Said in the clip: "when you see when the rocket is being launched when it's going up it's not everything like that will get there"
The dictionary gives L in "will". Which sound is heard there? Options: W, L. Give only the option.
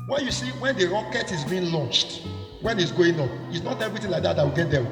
W